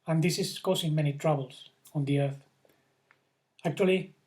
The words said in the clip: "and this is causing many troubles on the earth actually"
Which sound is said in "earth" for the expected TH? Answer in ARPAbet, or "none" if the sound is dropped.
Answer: TH